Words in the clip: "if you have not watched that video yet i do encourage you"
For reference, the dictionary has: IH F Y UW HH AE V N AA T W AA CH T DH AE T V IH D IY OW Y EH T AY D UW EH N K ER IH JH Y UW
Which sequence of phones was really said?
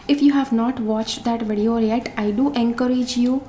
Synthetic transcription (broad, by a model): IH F Y UW HH AE V N AA T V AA CH T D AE T V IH D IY OW Y EH T AY D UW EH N K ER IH JH Y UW